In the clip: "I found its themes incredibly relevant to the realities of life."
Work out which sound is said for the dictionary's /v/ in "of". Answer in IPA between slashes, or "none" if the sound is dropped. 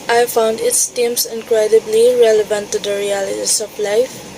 /p/